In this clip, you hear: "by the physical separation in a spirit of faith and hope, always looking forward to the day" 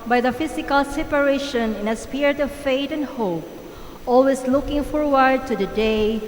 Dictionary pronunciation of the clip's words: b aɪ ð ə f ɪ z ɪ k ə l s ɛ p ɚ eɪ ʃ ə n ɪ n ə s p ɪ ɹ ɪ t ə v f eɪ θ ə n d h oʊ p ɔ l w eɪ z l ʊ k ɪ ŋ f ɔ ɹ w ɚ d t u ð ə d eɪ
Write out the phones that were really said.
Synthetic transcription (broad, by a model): b aɪ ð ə f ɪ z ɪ k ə l s ɛ p ɚ eɪ ʃ ə n ɪ n ə s p ɪ ɹ ɪ t ə v f eɪ t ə n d h oʊ p ɔ l w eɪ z l ʊ k ɪ ŋ f ɔ ɹ w ɚ d t u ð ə d eɪ